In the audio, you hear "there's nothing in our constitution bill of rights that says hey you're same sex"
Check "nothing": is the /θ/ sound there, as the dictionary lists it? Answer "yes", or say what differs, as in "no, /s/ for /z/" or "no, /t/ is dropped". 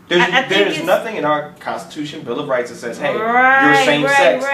yes